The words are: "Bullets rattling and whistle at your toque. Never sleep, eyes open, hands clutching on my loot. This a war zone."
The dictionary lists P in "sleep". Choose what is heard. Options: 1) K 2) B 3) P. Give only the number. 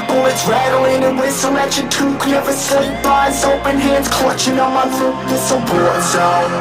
2